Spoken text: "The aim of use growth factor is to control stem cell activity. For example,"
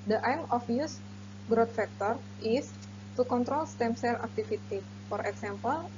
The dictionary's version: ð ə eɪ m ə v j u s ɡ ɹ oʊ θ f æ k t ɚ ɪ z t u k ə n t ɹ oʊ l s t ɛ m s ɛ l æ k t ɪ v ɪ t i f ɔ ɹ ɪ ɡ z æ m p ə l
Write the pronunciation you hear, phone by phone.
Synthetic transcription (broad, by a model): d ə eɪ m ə f j u s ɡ ɹ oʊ t f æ k t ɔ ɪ s t u k ə n t ɹ oʊ l s t ɛ m s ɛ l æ k t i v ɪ t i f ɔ ɹ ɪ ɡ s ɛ m p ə l